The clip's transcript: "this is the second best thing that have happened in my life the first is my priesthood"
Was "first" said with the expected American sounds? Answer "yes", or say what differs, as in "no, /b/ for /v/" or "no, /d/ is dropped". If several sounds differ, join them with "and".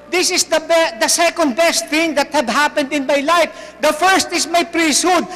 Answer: yes